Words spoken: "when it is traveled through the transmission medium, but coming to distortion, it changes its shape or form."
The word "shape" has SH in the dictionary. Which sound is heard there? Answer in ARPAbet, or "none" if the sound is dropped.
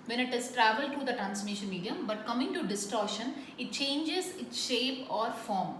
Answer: SH